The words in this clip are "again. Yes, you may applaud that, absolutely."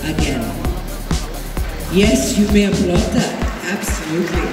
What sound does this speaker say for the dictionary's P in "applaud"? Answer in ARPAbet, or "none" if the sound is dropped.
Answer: B